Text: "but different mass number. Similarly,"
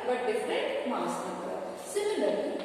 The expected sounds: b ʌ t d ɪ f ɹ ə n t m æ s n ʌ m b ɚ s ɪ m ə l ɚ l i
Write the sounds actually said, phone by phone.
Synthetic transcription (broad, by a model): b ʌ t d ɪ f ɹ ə t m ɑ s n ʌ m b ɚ s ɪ m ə l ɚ l i